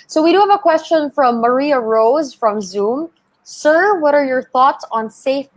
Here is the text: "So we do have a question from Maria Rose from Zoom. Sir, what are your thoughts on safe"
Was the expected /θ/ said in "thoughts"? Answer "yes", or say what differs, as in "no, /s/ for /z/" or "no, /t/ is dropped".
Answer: yes